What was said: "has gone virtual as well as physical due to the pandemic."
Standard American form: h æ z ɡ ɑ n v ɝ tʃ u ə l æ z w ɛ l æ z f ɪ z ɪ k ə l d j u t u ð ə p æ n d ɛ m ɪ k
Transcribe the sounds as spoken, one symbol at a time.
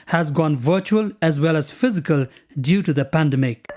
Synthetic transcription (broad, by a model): h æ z ɡ ɑ n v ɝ tʃ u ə l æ z w ɛ l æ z f ɪ z ɪ k ə l d j u t u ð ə p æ n d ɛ m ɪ k